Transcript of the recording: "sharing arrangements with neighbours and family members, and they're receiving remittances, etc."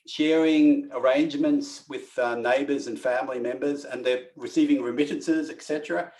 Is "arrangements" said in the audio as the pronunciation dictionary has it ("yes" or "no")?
yes